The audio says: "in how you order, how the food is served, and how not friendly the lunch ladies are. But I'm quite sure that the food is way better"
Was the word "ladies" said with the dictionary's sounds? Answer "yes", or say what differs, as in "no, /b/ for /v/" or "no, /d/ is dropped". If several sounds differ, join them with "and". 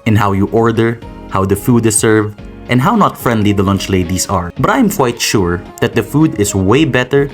no, /s/ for /z/